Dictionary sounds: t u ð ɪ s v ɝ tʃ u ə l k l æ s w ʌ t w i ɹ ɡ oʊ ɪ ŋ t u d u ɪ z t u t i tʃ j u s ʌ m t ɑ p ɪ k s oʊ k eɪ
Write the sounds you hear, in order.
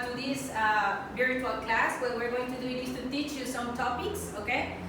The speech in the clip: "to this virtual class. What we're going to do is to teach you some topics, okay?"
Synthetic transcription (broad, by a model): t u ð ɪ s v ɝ u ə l k l æ s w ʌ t w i ɹ ɡ oʊ ɪ ŋ t u d u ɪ s t u t i tʃ j u s ʌ m t ɑ p ɪ k s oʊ k eɪ